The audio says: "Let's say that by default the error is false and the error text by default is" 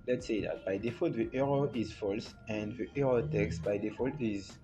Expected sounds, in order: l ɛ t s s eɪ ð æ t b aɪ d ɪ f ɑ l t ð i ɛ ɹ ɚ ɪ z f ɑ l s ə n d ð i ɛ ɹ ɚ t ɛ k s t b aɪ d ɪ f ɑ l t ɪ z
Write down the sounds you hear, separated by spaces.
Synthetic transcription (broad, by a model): l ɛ t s s eɪ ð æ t b aɪ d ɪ f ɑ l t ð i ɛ ɹ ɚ ɪ z f ɑ l s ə n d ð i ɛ ɹ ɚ t ɛ k s t b aɪ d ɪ f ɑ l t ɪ z